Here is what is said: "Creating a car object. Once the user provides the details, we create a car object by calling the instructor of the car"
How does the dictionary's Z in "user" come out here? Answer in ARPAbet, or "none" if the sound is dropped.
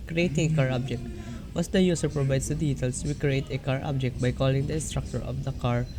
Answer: S